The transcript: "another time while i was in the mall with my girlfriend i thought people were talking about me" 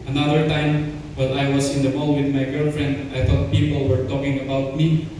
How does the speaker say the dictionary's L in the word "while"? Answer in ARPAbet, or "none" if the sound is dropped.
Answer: N